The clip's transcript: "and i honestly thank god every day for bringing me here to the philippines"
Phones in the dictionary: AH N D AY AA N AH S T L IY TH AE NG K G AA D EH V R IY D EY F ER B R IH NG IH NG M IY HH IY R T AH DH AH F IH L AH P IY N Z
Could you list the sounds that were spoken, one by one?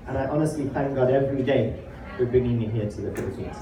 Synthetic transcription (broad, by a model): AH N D AY AA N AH S T L IY TH AE NG K G AA D EH V R IY D EY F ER B R IH NG IH NG M IY HH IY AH T AH DH AH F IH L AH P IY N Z